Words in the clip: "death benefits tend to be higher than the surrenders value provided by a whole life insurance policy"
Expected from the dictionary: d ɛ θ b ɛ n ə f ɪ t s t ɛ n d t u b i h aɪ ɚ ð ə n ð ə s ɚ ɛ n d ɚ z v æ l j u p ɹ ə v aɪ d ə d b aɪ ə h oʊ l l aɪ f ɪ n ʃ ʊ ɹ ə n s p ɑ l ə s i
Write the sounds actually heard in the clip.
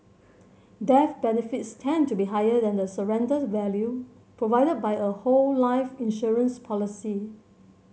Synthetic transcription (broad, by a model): d ɛ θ b ɛ n ə f ɪ t s t ɛ n t u b i h aɪ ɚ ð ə n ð ə s ɚ ɛ n d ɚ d v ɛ l j u p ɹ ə v aɪ d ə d b aɪ ə h oʊ l l aɪ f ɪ n ʃ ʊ ɹ ə n s p ɑ l ə s i